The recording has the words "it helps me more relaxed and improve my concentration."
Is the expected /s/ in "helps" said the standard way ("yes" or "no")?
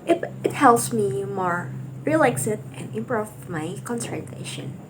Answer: yes